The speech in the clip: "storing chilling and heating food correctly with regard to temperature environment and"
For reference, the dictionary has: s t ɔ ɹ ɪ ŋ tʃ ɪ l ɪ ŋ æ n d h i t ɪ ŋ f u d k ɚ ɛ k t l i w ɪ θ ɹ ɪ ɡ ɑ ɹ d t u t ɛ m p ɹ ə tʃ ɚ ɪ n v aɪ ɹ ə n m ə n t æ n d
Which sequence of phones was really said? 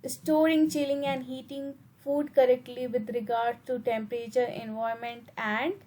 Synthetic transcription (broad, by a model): s t ɔ ɹ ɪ ŋ tʃ ɪ l ɪ ŋ æ n d h i t ɪ ŋ f u d k ɚ ɛ k t l i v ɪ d ɹ ɪ ɡ ɑ ɹ d t u t ɛ m p ɹ ə tʃ ɚ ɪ n v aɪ ə m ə n t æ n d